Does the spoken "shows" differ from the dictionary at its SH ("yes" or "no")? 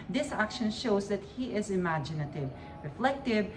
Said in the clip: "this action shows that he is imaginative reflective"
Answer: no